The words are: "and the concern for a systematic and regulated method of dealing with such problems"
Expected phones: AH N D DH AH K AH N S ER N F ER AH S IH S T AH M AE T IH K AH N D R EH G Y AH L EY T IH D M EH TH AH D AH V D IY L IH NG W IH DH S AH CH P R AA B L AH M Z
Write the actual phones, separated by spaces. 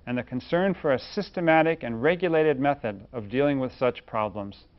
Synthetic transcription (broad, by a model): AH N DH AH K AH N S ER N F ER AH S IH S T AH M AE T IH K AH N R EH G Y AH L EY T IH D M EH TH AH D AH V D IY L IH NG W IH DH S AH CH P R AA B L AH M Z